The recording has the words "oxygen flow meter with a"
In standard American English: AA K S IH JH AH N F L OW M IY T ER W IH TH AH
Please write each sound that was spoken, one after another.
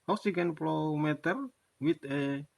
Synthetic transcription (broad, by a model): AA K S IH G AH N P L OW M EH T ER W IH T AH